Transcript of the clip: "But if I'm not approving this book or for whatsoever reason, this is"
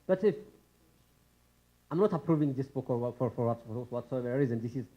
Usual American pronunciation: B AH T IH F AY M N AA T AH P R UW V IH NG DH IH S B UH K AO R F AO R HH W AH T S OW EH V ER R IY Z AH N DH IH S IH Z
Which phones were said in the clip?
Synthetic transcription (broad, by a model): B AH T IH F AY M N AA T AH P R UW V IH NG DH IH S B UH K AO W F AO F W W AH T S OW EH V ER R IY Z AH N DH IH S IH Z